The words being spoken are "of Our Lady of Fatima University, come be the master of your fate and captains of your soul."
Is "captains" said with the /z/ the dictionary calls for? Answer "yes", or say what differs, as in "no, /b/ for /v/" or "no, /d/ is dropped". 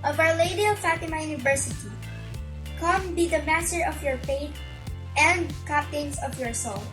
no, /s/ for /z/